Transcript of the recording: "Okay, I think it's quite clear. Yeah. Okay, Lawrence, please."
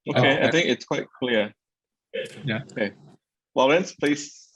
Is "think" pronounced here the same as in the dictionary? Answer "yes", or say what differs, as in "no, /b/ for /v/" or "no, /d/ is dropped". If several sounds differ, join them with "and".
yes